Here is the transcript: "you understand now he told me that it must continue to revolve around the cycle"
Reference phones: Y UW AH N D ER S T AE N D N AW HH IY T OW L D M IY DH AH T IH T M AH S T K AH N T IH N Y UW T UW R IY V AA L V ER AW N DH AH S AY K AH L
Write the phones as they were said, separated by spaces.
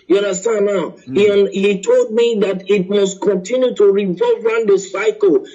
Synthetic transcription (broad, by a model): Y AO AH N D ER S T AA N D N AW HH IY T OW L D M IY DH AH T IH T M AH S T K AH N T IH N Y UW T UW R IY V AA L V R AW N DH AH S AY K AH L